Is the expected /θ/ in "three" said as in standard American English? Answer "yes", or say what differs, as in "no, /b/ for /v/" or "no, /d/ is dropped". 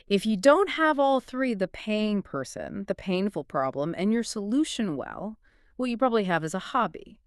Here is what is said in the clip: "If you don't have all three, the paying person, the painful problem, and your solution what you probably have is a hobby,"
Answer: yes